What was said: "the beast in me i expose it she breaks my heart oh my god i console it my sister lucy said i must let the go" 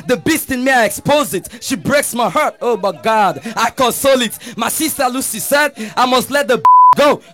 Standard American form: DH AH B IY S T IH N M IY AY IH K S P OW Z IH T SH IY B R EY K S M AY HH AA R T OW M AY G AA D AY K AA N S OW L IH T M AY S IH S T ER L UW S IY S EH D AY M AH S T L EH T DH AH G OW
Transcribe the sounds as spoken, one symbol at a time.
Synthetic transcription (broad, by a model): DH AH B IY S T IH N M IY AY IH K S P OW Z IH T SH IY B R EY K S M AY HH AA R T OW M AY G AA D AY K AA N S OW L IH T M AY S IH S T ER L UW S IY S EH D AY M AH S T L EH T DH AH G OW